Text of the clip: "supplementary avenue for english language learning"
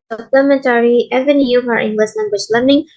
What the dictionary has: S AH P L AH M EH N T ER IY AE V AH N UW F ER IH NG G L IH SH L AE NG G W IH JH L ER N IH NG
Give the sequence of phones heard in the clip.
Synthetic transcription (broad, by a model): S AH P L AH M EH N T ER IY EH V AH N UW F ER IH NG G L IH S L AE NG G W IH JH L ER N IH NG